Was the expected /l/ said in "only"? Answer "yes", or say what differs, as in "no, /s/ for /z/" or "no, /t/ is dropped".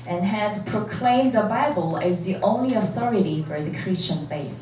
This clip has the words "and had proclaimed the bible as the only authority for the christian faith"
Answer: yes